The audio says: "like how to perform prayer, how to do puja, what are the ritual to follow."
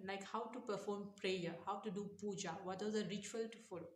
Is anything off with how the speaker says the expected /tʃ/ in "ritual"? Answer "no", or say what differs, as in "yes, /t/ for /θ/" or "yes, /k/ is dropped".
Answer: no